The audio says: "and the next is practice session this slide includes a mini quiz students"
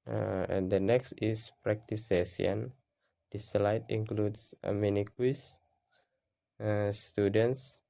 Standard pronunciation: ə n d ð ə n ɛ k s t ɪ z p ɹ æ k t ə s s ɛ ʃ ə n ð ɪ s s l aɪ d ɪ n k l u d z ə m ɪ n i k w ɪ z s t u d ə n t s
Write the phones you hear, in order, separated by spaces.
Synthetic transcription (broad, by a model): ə n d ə n ɛ k s t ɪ s p ɹ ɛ k t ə s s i ə n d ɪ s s l aɪ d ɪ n k l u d s ə m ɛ n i k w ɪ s s t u d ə n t s